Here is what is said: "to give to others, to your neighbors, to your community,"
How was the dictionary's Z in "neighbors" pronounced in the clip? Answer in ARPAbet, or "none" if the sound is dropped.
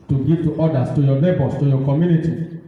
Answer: S